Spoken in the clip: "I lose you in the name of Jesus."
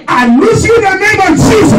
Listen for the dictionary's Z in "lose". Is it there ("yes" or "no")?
no